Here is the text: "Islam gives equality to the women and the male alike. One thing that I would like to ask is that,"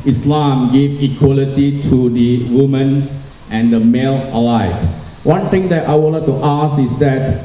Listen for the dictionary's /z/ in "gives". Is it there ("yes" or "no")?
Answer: no